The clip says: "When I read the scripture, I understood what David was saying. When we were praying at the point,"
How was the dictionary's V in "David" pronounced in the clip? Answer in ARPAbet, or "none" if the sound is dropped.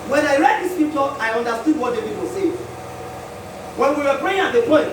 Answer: P